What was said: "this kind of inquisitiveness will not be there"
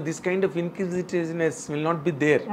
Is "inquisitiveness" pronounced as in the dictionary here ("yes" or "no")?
no